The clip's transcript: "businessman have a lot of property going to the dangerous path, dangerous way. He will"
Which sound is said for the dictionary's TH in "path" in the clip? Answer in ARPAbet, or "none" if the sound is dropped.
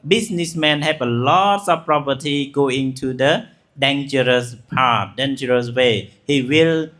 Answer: T